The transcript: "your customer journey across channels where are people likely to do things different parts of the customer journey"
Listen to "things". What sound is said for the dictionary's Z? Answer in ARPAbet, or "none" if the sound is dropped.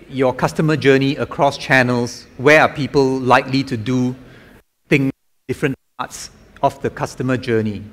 none